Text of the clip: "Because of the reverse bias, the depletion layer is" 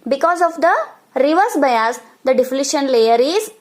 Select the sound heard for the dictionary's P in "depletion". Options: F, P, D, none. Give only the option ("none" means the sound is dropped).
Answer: F